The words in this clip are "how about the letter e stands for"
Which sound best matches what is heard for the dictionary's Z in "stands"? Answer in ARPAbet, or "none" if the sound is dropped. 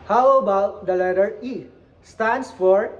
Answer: S